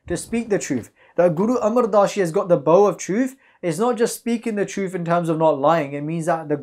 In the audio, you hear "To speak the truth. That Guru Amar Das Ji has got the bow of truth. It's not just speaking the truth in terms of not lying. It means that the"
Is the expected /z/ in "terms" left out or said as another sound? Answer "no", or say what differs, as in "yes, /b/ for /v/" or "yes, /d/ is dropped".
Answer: no